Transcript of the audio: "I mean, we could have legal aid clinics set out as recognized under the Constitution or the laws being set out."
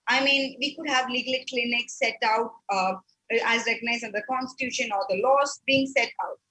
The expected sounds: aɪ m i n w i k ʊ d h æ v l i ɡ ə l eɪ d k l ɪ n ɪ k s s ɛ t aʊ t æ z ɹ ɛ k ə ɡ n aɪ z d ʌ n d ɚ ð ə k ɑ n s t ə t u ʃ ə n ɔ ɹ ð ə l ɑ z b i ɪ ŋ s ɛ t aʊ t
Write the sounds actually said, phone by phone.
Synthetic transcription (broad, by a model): aɪ m i n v i k ʊ d h æ v l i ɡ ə l k l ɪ n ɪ k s s ɛ t aʊ t æ z ɹ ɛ k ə ɡ n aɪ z ʌ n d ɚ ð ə k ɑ n s t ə t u ʃ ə n ɔ ɹ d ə l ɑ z b i ɪ ŋ s ɛ t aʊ t